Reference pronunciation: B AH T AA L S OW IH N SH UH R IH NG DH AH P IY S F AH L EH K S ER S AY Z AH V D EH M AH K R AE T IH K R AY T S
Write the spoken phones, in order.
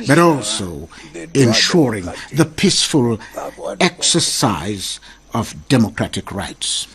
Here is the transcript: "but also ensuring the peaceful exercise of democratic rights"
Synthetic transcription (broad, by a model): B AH T AA L S OW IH N SH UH R IH NG DH AH P IY S F AH L EH K S ER S AY Z AH V D EH M AH K R AE T IH K R AY T S